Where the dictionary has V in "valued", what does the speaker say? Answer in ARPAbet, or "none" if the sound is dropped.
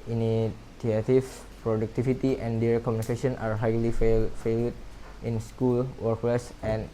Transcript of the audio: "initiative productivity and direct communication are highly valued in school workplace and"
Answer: F